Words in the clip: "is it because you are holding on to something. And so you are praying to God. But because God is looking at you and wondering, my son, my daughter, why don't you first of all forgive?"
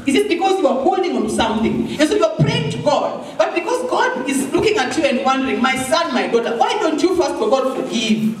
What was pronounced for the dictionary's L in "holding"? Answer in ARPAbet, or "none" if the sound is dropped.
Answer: L